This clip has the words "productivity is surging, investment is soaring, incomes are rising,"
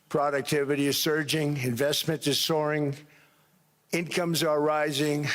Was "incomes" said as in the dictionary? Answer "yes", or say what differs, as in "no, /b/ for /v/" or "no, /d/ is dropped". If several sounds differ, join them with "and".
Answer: yes